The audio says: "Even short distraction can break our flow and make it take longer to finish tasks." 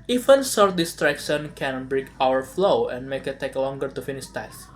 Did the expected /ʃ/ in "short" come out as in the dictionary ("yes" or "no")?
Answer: no